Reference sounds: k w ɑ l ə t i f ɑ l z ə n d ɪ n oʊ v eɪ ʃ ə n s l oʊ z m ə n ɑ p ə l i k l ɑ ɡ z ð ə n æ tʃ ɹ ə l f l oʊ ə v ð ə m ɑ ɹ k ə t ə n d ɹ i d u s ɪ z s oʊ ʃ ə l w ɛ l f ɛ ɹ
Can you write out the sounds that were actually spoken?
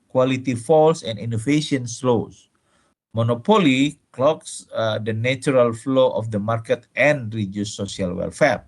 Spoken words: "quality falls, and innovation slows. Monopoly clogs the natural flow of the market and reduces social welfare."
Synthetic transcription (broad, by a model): k w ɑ l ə t i f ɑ l s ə n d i n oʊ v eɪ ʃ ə n s l oʊ s m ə n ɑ p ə l i k l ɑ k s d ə n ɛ tʃ ɹ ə l f l oʊ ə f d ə m ɑ ɹ k ə t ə n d ɹ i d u s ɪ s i ə l w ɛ l f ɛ ɹ